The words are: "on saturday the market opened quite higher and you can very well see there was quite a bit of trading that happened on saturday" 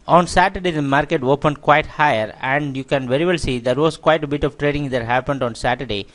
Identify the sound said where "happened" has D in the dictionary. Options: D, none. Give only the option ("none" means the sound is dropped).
D